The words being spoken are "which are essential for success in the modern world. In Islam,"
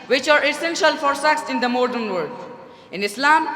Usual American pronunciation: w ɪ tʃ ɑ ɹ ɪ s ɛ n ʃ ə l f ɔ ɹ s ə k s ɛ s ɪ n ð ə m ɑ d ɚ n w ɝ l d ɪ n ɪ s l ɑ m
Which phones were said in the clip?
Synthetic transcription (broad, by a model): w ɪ tʃ ɑ ɹ ɪ s ɛ n ʃ ə l f ɔ ɹ s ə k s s ɪ n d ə m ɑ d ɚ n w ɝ d ɪ n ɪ s l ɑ m